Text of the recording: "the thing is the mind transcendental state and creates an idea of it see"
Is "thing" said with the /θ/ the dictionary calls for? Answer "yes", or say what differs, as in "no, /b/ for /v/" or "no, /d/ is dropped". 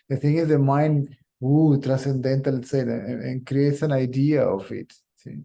no, /t/ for /θ/